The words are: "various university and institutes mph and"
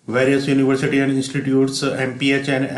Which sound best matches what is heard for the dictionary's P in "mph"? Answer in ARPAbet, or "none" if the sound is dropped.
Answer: P